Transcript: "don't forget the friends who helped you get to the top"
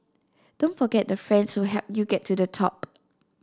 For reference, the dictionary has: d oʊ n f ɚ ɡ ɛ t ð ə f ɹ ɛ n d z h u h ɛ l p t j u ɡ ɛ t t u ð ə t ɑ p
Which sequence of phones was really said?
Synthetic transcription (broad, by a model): d oʊ n f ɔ ɡ ɛ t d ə f ɹ ɛ n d s h u h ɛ p j u ɡ ɛ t t u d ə t ɑ p